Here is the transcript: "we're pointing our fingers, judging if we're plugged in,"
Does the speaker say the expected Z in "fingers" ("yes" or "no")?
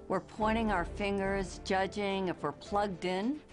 yes